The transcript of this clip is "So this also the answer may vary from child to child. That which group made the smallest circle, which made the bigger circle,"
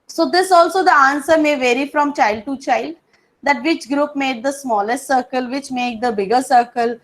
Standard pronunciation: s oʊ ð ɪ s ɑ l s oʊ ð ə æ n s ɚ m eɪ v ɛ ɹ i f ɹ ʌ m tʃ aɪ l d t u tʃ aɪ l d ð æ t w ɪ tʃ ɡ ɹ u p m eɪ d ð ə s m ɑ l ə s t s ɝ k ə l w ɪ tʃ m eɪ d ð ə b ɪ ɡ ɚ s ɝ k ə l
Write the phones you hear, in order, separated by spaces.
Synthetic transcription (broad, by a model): s oʊ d ɪ s ɑ l s oʊ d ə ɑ n s ɚ m eɪ v ɛ ɹ i f ɹ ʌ m tʃ aɪ l d t u tʃ aɪ l d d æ t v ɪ tʃ ɡ ɹ u p m eɪ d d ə s m ɑ l ə s t s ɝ k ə l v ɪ tʃ m eɪ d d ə b ɪ ɡ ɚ s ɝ k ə l